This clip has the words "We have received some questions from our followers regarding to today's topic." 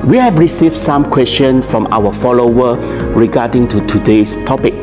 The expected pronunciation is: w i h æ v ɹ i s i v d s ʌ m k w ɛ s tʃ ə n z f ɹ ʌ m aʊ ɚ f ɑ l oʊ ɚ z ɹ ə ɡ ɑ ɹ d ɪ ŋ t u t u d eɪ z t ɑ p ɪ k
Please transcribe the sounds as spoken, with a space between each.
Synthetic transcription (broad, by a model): w i h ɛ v ɹ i s i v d s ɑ m k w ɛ s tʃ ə n f ɹ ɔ m aʊ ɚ f ɑ l oʊ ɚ ɹ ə ɡ ɑ d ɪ ŋ t u t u d eɪ s t ɑ p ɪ k